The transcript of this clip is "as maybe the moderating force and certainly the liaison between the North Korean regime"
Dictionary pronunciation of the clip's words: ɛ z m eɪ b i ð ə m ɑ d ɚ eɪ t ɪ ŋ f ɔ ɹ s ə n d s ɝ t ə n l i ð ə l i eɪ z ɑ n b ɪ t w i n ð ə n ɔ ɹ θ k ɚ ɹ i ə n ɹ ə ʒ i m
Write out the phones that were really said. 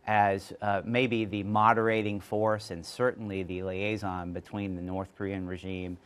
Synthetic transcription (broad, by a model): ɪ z m eɪ b i ð ə m ɑ d ɚ eɪ t ɪ ŋ f ɔ ɹ s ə n s ɝ t n l i ð ə l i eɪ z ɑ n b ɪ t w i n ð ə n ɔ ɹ θ k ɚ ɹ i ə n ɹ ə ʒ i m